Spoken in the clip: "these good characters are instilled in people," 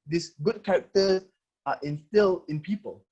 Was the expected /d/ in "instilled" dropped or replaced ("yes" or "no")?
yes